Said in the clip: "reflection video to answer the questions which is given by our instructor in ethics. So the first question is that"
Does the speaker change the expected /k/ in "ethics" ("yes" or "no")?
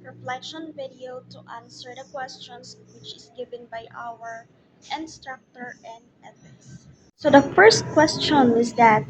yes